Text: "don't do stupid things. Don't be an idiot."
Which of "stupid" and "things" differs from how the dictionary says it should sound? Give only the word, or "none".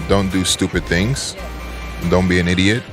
none